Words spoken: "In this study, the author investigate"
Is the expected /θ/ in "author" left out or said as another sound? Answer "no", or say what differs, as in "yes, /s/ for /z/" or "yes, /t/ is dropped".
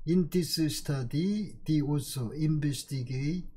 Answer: yes, /s/ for /θ/